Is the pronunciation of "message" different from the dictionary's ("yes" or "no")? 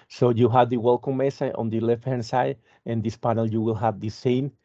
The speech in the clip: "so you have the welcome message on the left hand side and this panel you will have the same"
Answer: yes